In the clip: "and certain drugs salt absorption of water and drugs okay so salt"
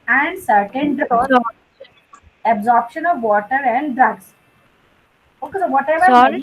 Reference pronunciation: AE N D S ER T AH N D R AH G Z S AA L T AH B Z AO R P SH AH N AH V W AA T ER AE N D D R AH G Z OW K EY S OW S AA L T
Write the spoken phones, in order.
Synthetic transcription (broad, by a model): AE N D S ER T AH N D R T AH B Z AO R P SH AH N AH V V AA T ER AE N D D R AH G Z OW K EY S OW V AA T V